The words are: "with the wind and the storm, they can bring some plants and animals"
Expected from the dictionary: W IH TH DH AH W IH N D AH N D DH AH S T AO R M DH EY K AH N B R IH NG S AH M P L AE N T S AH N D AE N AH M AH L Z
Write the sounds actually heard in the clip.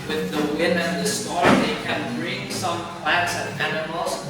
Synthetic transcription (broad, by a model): W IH DH AH W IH N AH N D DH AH S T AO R DH EY K AH N B R IH NG S AH M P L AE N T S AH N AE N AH M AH L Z